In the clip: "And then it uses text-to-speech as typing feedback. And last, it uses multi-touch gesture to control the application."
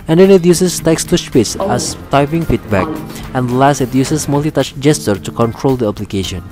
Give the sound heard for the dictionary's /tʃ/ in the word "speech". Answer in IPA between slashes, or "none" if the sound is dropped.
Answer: /s/